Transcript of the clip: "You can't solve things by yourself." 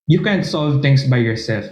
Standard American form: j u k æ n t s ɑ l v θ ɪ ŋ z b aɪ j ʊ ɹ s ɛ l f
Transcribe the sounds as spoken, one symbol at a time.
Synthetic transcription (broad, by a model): j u k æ n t s ɑ l v t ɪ ŋ s b aɪ j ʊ ɹ s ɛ l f